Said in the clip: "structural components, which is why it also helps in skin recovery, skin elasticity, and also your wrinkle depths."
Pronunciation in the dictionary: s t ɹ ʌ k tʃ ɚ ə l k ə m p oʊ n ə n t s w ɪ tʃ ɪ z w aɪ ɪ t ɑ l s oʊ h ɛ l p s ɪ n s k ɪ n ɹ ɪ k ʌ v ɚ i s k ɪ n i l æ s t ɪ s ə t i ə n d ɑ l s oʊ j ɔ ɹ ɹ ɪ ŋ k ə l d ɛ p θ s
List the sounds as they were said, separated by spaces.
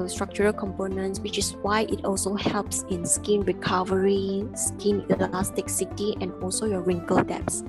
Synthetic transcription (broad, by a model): s t ɹ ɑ k tʃ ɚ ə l k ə m p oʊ n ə n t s w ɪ tʃ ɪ s w aɪ ɪ t ɑ l s oʊ h ɛ l p s ɪ n s k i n ɹ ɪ k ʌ v ɚ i s k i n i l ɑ s t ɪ s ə t i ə n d ɑ l s oʊ j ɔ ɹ ɹ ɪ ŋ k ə l d ɛ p s